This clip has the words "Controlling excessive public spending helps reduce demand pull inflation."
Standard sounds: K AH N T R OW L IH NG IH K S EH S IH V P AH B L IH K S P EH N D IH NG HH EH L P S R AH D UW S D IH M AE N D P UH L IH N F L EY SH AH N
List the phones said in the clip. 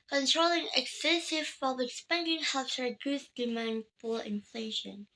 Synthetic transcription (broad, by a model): K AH N T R OW L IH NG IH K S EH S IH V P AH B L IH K S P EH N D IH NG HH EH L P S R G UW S D IH M AE N D F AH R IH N F L EY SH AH N